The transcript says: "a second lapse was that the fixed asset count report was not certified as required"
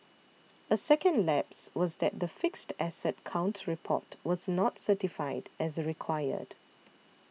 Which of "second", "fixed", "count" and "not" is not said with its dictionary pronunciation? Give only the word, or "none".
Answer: none